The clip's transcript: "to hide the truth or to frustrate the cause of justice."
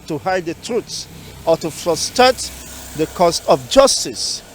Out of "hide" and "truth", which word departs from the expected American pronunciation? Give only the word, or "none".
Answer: truth